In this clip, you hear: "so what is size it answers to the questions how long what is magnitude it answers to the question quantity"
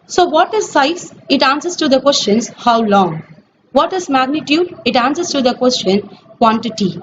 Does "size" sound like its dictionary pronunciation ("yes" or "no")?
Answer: no